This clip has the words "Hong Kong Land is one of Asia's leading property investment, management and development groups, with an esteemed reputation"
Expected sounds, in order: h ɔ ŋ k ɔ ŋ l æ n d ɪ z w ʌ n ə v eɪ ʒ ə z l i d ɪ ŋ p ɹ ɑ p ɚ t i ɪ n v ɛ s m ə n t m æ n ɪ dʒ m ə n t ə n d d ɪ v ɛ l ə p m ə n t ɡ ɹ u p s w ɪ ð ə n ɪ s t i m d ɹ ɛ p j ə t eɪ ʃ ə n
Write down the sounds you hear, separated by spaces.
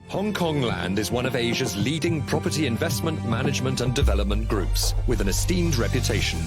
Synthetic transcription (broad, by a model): h ɔ ŋ k ɔ ŋ l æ n d ɪ z w ʌ n ə v eɪ ʒ ə z l i d ɪ ŋ p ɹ ɑ p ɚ t i ɪ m v ɛ s m ə n t m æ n ɪ dʒ m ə n t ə n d d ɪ v ɛ l ə p m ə n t ɡ ɹ u p s w ɪ ð ə n ɪ s t i m d ɹ ɛ p j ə t eɪ ʃ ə n